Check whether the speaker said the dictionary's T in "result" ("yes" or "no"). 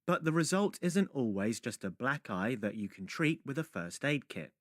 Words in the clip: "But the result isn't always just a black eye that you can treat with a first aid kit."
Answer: yes